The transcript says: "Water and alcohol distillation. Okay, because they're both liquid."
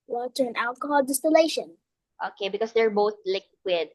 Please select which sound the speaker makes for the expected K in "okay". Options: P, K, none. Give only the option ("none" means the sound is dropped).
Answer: K